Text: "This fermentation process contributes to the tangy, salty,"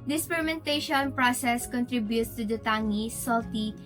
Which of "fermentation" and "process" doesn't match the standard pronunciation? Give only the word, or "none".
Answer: fermentation